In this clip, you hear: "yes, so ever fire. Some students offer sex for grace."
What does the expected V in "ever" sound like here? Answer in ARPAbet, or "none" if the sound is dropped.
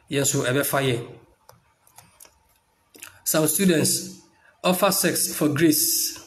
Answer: B